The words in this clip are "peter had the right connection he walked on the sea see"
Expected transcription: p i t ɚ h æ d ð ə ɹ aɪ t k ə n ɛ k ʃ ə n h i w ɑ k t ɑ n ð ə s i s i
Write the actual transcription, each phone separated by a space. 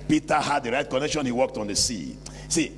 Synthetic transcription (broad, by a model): p i t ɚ h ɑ d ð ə ɹ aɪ t k ə n ɛ k ʃ ə n h i w ɑ k t ɑ n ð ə s i s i